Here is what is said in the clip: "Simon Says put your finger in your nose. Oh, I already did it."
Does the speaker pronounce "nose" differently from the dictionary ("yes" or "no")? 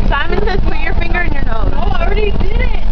yes